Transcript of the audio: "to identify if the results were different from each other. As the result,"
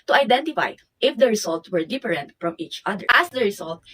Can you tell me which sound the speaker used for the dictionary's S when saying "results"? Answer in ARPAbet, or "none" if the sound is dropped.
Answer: none